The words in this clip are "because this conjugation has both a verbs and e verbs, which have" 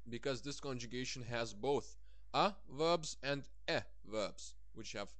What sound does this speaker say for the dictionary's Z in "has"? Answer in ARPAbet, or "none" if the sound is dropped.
Z